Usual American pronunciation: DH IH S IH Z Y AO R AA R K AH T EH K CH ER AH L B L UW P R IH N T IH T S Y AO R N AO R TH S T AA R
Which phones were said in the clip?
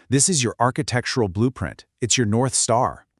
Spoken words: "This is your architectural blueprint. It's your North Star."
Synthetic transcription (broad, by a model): DH IH S IH Z Y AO R AA R K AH T EH K CH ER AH L B L UW P R IH N T IH T S Y AO R N AO R TH S T AA R